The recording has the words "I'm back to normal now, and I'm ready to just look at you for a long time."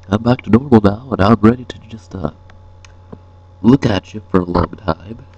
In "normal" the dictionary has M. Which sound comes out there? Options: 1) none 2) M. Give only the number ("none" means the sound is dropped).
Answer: 1